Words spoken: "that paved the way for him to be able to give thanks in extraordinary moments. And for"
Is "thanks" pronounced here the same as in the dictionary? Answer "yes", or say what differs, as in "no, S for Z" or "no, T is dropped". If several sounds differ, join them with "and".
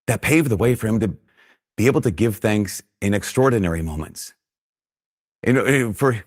yes